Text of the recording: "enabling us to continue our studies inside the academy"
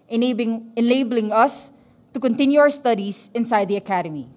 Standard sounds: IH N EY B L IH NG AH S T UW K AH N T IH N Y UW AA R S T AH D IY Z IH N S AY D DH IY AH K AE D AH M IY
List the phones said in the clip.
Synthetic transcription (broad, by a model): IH N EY B L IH NG AH S T UW K AH N T IH N Y UW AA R S T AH D IY S IH N S AY D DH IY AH K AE D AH M IY